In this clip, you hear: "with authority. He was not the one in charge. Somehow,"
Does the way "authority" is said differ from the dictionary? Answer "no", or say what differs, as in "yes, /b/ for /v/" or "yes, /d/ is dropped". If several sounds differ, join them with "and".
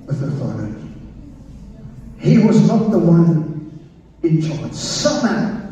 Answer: yes, /f/ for /θ/